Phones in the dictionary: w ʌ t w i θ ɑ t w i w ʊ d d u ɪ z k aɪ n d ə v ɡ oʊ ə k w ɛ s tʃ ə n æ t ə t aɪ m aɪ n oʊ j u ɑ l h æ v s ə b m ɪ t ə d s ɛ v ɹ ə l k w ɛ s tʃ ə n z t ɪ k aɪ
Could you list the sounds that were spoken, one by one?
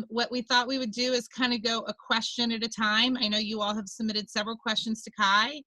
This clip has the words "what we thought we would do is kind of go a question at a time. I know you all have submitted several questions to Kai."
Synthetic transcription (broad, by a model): w ʌ t w i θ ɑ t w i w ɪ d d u ɪ z k aɪ n d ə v ɡ oʊ ə k w ɛ s tʃ ə n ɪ t ə t aɪ m aɪ n oʊ j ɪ ɑ l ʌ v s ə b m ɪ t ə d s ɛ v ɹ l k w ɛ s tʃ ə n z t ɪ k aɪ